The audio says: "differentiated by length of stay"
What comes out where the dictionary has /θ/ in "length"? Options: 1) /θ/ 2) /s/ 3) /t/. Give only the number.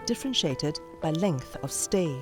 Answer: 1